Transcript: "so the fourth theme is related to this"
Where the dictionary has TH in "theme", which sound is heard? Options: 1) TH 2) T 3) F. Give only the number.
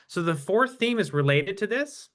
1